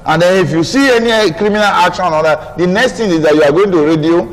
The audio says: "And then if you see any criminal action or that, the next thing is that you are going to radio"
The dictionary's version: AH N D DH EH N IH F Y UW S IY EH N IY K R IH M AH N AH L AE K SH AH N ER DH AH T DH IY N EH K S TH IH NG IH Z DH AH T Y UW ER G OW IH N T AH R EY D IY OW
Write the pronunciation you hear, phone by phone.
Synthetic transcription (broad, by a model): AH N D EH N IH F Y UW S IY EH N IY K R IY M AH N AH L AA K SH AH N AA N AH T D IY N EH K S T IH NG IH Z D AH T Y UW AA G OW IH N T AH R EY D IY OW